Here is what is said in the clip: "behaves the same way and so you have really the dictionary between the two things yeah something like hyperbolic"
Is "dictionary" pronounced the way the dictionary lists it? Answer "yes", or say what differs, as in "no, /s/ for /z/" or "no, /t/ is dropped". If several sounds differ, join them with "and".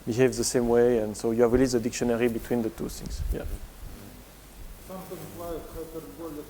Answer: yes